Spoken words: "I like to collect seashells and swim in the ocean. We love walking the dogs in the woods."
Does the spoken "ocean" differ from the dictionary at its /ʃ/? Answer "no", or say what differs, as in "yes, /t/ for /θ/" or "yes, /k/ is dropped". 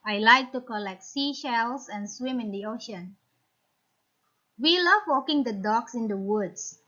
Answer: no